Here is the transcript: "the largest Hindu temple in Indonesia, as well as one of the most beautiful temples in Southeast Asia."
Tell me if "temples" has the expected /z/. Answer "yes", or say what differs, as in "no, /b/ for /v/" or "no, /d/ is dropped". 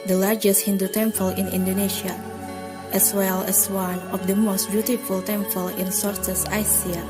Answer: no, /z/ is dropped